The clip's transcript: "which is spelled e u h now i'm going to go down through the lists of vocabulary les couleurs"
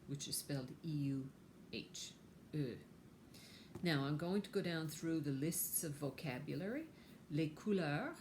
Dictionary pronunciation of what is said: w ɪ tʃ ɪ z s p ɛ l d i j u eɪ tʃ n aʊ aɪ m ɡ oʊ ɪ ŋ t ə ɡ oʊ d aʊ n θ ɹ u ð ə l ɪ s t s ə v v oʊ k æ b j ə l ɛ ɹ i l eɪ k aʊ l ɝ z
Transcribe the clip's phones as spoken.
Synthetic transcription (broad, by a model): w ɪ tʃ ɪ z s p ɛ l d i j u eɪ tʃ n aʊ aɪ m ɡ oʊ ɪ ŋ t ə ɡ oʊ d aʊ n θ ɹ u ð ə l ɪ s t s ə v v oʊ k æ b j l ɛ ɹ i l eɪ k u l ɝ